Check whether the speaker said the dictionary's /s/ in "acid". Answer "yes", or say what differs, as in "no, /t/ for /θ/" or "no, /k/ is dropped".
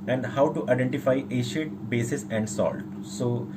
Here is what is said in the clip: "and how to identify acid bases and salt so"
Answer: no, /ʃ/ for /s/